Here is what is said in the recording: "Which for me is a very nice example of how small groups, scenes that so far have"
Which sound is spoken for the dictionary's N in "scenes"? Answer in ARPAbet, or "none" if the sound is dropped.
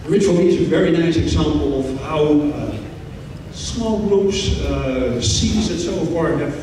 none